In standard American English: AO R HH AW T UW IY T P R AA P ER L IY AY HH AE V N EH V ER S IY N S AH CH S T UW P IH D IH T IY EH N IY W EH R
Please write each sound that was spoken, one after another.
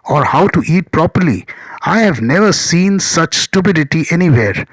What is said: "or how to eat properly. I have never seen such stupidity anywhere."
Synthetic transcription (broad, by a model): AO R HH AW T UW IY T P R AA P ER L IY AY HH AE V N EH V ER S IY N S AH CH S T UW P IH D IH T IY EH N IY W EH R